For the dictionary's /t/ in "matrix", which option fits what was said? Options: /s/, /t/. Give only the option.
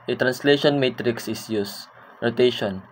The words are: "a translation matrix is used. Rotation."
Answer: /t/